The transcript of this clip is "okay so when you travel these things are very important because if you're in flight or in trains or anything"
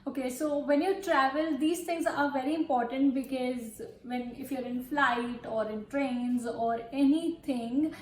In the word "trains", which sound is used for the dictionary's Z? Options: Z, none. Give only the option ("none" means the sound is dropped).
Z